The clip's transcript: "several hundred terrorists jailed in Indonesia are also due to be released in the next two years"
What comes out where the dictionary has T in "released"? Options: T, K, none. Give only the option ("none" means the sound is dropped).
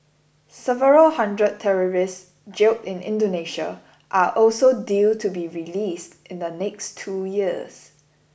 T